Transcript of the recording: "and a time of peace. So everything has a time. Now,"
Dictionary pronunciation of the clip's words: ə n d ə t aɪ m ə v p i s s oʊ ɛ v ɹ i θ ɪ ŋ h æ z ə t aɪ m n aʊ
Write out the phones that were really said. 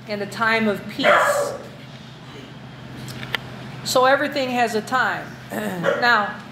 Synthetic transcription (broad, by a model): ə n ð ə t aɪ m ə v p i s s oʊ ɛ v ɹ i θ ɪ ŋ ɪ z ə t aɪ m n aʊ